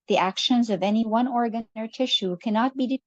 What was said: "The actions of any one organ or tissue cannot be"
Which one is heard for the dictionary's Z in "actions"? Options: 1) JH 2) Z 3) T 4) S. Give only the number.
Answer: 2